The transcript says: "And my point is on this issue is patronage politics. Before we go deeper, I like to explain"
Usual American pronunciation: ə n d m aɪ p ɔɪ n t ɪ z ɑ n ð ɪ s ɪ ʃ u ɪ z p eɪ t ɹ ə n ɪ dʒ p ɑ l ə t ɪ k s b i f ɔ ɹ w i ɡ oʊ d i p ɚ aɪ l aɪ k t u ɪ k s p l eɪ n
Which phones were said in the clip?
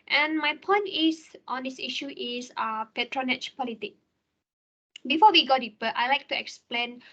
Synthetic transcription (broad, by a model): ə n m aɪ p ɔɪ n t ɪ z ɑ n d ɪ s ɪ ʃ u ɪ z p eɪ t ɹ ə n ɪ tʃ p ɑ l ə t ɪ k b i f ɔ w i ɡ oʊ d i p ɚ aɪ l aɪ k t u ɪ k s p l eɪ n